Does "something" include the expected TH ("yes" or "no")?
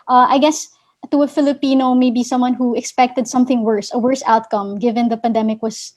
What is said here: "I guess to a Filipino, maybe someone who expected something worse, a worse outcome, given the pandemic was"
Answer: yes